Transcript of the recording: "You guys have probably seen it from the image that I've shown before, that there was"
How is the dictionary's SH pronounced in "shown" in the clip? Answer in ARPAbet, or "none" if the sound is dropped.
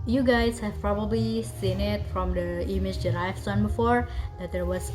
S